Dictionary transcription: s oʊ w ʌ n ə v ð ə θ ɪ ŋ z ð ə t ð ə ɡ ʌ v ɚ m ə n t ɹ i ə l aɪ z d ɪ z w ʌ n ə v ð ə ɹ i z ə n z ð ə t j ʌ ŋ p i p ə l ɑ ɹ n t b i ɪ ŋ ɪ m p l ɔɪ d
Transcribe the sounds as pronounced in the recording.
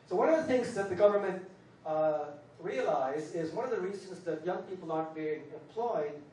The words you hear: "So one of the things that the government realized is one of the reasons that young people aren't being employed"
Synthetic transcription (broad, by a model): s oʊ w ʌ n ə v ð ə θ ɪ ŋ z ð ə t ð ə ɡ ʌ v ɚ m ə n t ɹ i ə l aɪ z ɪ z w ʌ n ə v ð ə ɹ i z ə n z ð ə t j ʌ ŋ p i p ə l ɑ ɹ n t b i ɪ ŋ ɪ m p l ɔɪ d